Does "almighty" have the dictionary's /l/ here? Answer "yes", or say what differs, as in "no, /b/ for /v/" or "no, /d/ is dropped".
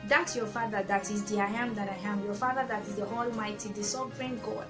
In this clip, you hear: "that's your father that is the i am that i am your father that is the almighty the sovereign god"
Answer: yes